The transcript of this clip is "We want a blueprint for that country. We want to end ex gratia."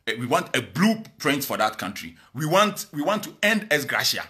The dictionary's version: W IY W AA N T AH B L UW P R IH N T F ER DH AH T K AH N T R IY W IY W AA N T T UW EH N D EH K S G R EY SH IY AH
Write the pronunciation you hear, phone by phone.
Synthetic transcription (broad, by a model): W IY W AA N T AH B L UW P R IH N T F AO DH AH T K AH N T R IY W IY W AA N T T UW EH N D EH S G R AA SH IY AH